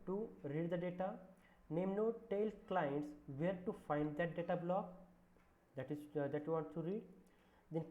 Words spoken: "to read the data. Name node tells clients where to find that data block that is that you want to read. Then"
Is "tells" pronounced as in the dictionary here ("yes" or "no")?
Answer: no